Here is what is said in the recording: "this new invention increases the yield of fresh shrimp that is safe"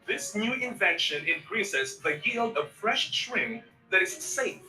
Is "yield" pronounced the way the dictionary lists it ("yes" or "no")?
yes